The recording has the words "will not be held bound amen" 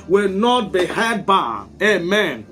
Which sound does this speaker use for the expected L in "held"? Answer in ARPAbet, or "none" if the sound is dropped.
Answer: none